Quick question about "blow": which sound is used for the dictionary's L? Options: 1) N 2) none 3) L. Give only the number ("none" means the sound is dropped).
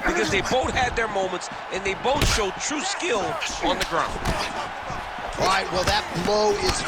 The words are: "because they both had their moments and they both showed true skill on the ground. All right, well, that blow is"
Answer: 2